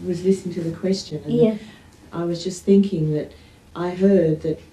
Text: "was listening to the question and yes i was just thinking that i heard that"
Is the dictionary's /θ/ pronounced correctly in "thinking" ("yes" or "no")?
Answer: yes